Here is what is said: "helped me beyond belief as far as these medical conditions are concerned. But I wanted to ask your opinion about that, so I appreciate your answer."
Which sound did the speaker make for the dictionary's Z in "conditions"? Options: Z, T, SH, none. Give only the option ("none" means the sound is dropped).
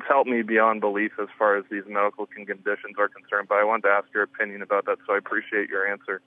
Z